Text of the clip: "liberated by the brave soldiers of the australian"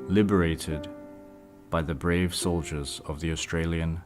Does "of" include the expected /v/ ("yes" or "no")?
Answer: yes